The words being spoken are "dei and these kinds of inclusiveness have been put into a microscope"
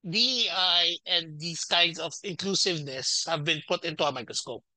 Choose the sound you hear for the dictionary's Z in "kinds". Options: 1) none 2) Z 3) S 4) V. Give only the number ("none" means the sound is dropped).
3